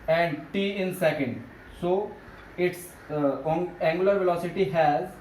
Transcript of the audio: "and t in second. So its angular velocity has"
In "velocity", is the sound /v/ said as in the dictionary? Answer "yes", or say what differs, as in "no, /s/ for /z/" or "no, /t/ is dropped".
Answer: yes